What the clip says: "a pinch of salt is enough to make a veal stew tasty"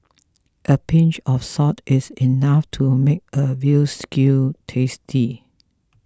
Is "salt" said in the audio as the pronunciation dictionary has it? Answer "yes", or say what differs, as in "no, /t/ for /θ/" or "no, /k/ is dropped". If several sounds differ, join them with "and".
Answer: no, /l/ is dropped